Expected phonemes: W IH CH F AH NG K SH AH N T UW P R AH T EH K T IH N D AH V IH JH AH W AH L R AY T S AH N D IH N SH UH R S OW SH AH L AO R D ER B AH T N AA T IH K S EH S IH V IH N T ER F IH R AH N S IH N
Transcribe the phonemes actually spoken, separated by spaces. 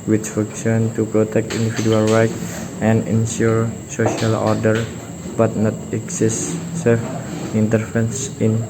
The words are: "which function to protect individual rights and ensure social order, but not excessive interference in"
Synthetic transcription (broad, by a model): W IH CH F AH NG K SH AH N T UW P R AH T EH K T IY N D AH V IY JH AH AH L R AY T AH N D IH N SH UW R S OW SH AH L AO R D ER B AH T N AA T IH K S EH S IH F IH N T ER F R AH N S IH N